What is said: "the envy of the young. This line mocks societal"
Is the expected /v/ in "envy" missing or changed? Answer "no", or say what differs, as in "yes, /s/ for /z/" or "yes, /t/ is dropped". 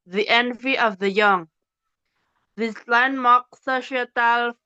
no